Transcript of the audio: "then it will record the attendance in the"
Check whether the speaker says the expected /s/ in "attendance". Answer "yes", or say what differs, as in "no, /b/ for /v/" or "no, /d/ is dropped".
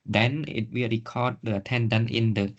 no, /s/ is dropped